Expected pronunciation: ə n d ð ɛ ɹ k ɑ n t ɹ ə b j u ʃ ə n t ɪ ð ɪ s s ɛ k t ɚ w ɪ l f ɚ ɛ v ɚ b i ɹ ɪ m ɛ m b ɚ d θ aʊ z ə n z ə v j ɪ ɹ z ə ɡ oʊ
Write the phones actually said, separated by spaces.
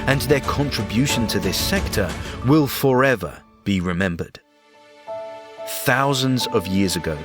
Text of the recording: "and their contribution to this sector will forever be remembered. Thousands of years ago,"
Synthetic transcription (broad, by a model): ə n ð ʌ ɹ k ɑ n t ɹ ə b j u ʃ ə n t ɪ ð ɪ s s ɛ k t ɚ w ɪ l f ɚ ɛ v ɚ b i ɹ ɪ m ɛ m b ɚ d θ aʊ z ə n z ə v j ɪ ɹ z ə ɡ oʊ